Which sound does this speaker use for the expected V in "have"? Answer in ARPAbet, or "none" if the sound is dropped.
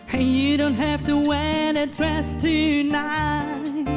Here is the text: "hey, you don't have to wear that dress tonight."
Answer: F